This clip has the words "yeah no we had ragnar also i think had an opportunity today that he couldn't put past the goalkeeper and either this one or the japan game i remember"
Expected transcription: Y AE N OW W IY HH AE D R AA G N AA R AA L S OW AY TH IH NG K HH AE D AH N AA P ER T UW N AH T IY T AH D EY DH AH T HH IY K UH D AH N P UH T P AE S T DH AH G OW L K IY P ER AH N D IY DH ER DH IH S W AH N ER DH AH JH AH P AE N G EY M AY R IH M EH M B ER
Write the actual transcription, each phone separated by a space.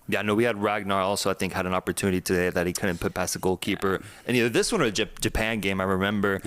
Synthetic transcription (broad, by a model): Y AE N OW W IY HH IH D R AA G N AA R AA L S OW AY TH IH NG K HH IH D AH N AA P ER T UW N AH T IY T AH D EY DH AH T HH IY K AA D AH P UH T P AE S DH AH G OW L K IY P ER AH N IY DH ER DH IH S W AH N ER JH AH JH AH P AE N G EY M AY R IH M EH M B ER